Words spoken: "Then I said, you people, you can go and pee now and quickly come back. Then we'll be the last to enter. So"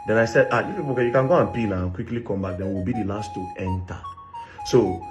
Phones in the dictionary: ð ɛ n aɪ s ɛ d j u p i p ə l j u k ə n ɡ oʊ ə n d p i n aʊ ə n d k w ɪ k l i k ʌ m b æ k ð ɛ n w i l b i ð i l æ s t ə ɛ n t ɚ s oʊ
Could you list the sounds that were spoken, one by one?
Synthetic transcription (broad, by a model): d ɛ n aɪ s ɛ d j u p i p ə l j u k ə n ɡ oʊ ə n p i l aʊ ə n k w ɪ k l i k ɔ m b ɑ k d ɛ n w i l b i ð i l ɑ s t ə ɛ n t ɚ s oʊ